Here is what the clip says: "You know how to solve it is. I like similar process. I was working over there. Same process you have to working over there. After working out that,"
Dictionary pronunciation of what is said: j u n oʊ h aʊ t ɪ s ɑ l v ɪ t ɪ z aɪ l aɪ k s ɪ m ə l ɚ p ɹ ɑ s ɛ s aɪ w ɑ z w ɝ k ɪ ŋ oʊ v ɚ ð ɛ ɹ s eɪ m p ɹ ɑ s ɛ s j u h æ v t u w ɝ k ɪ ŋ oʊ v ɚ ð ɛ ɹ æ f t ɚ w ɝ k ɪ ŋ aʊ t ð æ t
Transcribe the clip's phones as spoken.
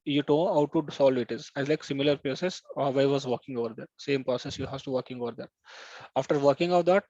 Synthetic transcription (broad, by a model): j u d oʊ h aʊ t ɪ s ɑ l v ɪ t ɪ z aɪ l aɪ k s ɪ m ə l ɚ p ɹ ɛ s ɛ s aɪ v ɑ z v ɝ k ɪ ŋ oʊ v ɚ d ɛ ɹ s eɪ m p ɹ ɑ s ɛ s j u h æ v t u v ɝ k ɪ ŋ oʊ v ɚ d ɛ ɹ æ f t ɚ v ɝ k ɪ ŋ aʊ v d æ t